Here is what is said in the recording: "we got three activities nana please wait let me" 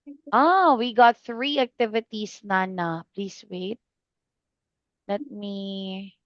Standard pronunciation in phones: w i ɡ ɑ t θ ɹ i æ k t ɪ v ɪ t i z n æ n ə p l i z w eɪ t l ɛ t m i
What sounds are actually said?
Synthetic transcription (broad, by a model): w i ɡ ɑ t θ ɹ i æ k t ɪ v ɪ t i s n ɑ n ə p l i s w eɪ t l ɛ t m i